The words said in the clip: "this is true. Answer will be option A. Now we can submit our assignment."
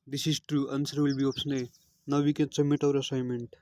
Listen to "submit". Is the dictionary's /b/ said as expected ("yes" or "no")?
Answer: no